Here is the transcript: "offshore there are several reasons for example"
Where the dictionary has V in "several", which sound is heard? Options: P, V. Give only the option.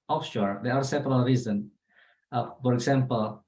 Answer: P